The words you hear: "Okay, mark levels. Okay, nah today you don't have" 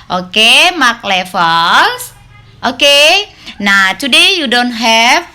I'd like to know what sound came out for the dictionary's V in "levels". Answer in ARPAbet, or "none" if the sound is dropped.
F